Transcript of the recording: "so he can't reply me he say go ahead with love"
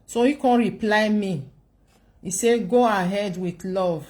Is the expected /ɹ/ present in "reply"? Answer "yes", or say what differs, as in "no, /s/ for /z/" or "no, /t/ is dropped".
yes